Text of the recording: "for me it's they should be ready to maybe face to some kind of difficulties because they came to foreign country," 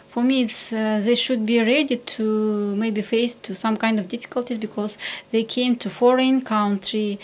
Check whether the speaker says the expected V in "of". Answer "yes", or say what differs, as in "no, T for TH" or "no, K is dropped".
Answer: yes